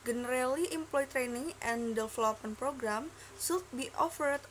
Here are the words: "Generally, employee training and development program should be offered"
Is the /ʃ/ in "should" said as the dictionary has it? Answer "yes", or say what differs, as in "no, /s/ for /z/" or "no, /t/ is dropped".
no, /s/ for /ʃ/